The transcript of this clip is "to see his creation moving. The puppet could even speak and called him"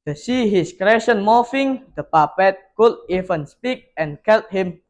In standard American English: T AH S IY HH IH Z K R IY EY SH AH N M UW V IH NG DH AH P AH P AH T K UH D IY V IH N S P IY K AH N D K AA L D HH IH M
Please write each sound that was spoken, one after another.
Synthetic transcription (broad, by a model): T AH S IY HH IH S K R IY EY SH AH N M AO F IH NG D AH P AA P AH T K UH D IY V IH N S P IY K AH N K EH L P HH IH M